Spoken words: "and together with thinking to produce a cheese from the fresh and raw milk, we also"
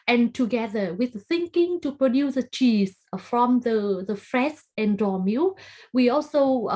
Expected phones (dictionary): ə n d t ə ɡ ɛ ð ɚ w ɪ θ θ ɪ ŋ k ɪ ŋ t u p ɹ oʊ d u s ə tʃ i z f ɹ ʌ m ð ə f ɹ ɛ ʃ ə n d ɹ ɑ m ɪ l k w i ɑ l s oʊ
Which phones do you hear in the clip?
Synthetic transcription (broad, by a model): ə n t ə ɡ ɛ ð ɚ w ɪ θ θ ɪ ŋ k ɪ ŋ t u p ɹ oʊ d u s ə tʃ i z f ɹ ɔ m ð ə f ɹ ɛ s ə n d ɹ ɑ m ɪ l w i ɑ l s oʊ